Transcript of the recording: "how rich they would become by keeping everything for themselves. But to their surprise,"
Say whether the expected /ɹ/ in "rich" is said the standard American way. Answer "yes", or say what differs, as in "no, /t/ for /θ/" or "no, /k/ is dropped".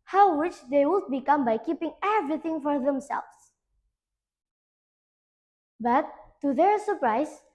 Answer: no, /w/ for /ɹ/